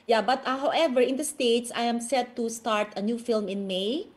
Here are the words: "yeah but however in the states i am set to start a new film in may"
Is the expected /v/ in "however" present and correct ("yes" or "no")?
yes